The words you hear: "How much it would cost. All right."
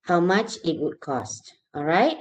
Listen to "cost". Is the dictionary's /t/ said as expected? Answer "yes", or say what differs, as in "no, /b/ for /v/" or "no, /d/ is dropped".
yes